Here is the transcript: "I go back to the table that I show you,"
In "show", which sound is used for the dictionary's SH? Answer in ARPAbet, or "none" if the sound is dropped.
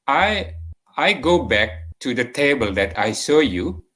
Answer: S